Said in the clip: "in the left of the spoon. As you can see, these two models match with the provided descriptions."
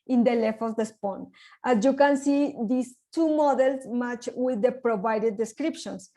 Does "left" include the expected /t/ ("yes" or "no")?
no